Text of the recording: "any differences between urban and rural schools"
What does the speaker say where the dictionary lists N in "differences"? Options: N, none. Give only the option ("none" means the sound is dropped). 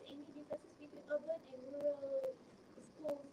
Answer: none